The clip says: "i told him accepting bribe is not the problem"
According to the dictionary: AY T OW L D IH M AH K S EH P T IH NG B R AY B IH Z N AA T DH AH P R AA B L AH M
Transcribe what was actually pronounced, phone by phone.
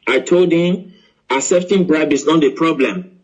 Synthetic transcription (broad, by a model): AY T OW L D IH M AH S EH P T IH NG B R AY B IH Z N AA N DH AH P R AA B L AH M